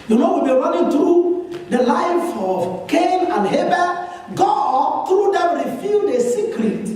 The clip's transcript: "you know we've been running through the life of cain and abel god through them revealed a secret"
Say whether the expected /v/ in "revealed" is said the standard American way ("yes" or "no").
no